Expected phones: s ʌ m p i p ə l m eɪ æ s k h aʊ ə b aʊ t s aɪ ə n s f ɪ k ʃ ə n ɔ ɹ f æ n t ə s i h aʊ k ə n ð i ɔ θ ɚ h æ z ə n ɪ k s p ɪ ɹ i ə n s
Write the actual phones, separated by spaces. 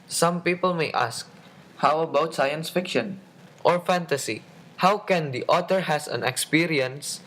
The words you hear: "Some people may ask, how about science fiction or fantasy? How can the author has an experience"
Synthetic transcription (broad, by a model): s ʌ m p i p ə l m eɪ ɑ s k h aʊ ə b aʊ t s aɪ ə n s f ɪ k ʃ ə n ɔ ɹ f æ n t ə s i h aʊ k ə n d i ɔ t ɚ h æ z ə n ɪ k s p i ɹ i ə n s